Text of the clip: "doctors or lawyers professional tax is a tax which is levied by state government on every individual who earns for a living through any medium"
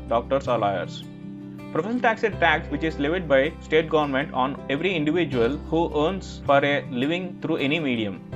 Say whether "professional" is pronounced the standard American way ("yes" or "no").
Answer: no